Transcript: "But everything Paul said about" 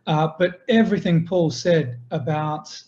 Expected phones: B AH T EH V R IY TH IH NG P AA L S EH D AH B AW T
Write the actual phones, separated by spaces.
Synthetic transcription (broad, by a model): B AH T EH V R IY TH IH NG P AA L S EH D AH B AW T